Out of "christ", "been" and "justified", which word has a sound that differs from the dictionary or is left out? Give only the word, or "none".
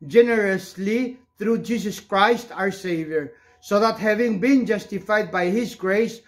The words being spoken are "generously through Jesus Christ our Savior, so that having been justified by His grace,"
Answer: none